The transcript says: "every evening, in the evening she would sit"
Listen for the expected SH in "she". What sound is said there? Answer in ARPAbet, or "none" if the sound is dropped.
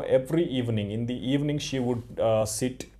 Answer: SH